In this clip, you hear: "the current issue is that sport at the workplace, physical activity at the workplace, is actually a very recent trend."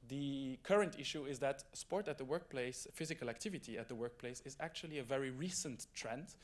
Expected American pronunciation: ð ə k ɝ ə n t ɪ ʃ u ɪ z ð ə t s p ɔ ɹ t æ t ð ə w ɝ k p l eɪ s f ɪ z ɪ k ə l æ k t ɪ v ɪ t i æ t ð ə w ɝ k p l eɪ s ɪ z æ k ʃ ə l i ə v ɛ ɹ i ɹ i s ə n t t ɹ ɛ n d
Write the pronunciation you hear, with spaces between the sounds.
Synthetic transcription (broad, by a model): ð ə k ɝ ə n t ɪ ʃ u ɪ z ð ə t s p ɔ ɹ t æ t ð ə w ɝ k p l eɪ s f ɪ z ɪ k ə l æ k t ɪ v ɪ t i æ t ð ə w ɝ k p l eɪ s ɪ z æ k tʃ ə l i ə v ɛ ɹ i ɹ i s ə n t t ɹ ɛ n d